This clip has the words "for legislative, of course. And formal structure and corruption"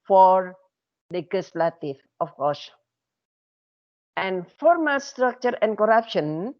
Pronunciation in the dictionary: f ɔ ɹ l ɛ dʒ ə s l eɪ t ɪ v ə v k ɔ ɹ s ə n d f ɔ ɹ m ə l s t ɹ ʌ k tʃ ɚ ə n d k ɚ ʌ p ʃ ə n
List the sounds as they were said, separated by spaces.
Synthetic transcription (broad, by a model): f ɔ ɹ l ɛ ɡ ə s l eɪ t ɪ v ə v k ɔ ɹ s ə n d f ɔ ɹ m ə l s t ɹ ʌ k tʃ ɚ ə n d k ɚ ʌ p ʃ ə n